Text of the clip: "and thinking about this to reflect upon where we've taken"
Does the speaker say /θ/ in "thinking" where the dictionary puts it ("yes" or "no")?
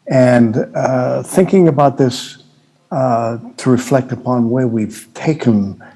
yes